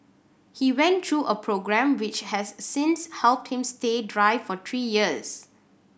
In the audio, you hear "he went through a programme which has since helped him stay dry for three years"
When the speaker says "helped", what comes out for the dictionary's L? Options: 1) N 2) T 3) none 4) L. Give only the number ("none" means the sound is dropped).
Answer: 4